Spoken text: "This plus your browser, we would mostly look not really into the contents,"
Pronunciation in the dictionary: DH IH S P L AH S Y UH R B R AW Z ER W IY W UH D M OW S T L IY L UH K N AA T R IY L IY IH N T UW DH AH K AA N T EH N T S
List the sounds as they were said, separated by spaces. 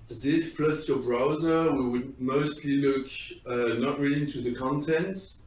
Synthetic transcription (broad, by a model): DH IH S P L AH S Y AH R B R AW Z ER W IY W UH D M OW S T L IY L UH K N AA T R IY L IY IH N T UW DH AH K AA N T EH N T